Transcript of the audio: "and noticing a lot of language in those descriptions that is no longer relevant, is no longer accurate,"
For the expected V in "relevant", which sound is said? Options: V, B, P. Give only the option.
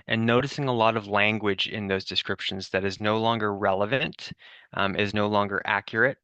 V